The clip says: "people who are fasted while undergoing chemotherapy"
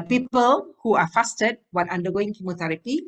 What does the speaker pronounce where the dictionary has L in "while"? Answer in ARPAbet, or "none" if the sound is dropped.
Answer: N